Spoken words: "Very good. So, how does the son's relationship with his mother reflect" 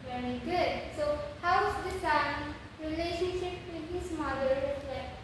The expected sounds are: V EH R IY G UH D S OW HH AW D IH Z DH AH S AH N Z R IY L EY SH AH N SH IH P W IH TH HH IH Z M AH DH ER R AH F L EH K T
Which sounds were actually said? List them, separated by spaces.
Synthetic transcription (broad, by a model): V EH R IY G UH D S OW HH AW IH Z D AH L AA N R IY L EY SH AH N SH IH P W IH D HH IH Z M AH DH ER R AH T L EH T